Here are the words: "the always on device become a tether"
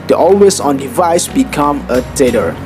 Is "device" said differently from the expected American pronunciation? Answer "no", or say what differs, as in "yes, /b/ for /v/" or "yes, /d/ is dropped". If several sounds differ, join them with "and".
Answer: no